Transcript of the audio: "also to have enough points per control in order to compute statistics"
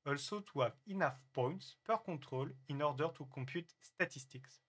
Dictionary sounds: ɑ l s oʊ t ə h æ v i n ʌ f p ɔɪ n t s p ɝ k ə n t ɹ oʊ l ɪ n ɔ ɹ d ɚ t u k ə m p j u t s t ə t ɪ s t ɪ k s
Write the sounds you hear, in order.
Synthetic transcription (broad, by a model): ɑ l s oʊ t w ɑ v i n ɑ f p ɔɪ n t s p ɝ k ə t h oʊ l ɪ n ɔ ɹ d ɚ t u k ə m p j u t s t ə t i s t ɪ k s